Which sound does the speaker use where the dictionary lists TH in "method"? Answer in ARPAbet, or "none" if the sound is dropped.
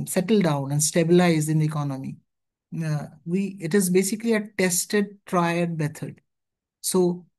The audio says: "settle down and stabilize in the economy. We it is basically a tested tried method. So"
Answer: T